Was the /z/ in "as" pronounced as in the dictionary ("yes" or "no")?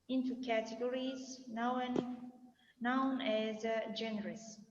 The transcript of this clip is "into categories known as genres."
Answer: yes